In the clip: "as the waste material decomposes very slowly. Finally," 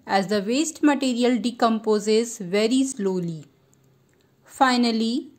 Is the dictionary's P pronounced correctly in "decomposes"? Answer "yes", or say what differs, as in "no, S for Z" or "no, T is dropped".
yes